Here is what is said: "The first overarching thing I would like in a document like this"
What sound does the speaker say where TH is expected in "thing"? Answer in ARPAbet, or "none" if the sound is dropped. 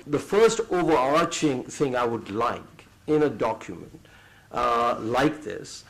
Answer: TH